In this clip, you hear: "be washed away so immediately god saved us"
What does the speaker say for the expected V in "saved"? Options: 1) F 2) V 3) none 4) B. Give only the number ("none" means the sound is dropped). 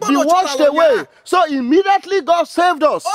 2